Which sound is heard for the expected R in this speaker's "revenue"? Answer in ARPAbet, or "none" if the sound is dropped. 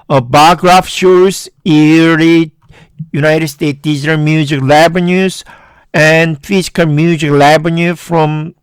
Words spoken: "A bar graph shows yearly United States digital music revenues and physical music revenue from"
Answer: L